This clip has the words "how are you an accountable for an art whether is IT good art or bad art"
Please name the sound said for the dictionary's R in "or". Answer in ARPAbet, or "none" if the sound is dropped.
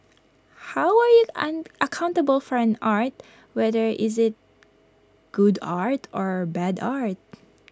R